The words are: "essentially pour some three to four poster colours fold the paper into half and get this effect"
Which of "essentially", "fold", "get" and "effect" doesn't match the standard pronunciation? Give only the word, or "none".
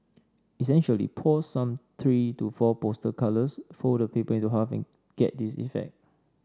fold